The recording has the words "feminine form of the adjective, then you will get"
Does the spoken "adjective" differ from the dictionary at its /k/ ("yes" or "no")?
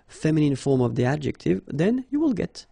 no